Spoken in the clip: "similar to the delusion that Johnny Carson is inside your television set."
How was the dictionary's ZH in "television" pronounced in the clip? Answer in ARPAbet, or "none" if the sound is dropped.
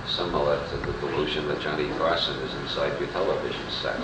ZH